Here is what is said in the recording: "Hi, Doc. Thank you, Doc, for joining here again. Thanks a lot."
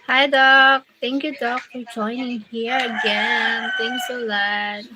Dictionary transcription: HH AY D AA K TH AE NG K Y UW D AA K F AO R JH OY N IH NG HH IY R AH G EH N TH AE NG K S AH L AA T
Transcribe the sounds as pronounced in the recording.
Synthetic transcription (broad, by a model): HH AY D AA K T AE NG K Y UW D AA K F AO R JH OY N IH NG HH IY R AH G EH N T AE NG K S AH L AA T